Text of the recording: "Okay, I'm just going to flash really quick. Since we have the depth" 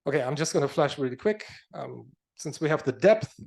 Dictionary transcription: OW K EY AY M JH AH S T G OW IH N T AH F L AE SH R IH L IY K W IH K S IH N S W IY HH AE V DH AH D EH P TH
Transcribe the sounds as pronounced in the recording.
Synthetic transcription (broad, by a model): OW K EY AY M JH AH S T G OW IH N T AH F L AE SH R IH L IY K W IH K S IH N S W IY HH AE V DH AH D EH P TH